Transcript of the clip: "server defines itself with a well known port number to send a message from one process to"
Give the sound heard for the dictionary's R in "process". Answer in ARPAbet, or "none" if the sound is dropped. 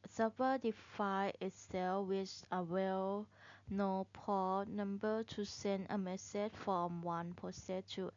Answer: none